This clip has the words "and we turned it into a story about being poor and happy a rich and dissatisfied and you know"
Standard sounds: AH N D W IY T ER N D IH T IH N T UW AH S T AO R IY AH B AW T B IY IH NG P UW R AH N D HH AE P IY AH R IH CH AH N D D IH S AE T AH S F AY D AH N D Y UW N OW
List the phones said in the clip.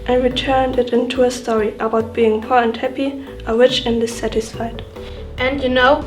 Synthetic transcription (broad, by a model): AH N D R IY T ER N D IH T IH N T UW AH S T AO R IY AH B AW T B IY IH NG P UW R AH N D HH AE P IY AH W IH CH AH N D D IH S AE T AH S F AY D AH N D Y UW N OW